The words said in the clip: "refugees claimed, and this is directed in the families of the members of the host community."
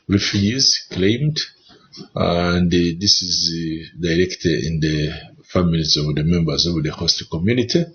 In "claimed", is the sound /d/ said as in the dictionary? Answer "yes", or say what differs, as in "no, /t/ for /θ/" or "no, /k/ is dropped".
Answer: yes